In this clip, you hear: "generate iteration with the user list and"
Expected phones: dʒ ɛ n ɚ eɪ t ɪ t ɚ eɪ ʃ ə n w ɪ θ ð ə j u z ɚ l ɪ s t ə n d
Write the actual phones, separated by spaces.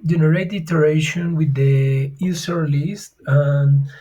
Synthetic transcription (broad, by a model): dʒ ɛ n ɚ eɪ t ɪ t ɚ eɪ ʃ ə n w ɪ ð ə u s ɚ l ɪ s t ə n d